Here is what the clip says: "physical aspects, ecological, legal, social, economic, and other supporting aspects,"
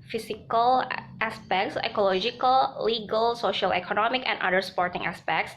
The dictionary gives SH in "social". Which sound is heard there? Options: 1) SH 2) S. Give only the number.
1